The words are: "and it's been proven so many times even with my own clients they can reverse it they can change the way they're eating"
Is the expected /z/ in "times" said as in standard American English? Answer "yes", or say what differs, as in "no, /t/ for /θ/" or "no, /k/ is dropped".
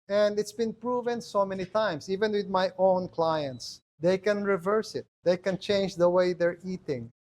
no, /s/ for /z/